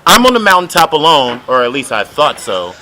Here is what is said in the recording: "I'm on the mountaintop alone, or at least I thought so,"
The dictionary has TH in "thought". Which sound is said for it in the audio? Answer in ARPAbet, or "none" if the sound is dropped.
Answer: TH